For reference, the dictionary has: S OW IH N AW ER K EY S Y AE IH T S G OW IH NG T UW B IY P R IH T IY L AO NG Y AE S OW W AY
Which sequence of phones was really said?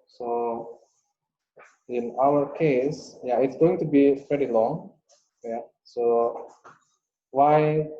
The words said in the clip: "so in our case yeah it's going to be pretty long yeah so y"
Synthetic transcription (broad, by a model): S OW IH N AW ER K EY S Y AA IH T S G OW IH NG T UW B IY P EH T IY L AO NG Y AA S OW W AY